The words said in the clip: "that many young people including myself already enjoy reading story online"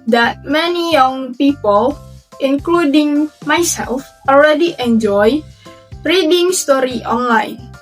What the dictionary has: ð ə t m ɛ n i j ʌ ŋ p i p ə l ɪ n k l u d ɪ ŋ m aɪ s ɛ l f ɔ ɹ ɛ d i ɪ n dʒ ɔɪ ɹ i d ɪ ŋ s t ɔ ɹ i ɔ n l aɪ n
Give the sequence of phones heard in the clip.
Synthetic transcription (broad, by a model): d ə t m ɛ n i j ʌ ŋ p i p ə l ɪ n k l u d ɪ ŋ m aɪ s ɛ l f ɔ l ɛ d i ɪ n dʒ ɔɪ ɹ i d ɪ ŋ s t ɔ ɹ i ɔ n l aɪ n